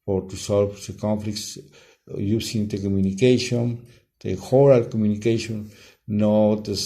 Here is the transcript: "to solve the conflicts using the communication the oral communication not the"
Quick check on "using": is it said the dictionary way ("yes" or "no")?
no